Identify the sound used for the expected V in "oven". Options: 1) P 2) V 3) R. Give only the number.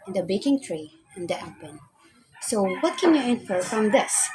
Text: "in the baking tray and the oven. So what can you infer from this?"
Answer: 1